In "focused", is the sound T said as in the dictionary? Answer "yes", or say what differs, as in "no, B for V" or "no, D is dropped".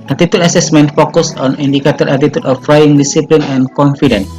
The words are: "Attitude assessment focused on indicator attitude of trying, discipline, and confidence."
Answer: no, T is dropped